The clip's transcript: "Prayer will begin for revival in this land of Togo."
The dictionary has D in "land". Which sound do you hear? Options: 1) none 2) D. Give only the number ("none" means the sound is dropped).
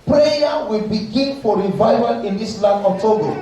1